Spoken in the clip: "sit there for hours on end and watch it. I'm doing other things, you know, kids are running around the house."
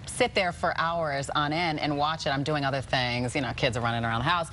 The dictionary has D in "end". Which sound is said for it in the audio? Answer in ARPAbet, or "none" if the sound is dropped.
none